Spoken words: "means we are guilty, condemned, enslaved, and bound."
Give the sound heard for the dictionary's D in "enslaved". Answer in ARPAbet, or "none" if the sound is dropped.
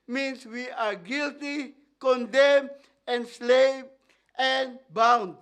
none